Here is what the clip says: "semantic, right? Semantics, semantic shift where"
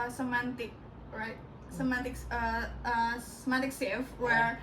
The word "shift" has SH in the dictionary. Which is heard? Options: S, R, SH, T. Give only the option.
S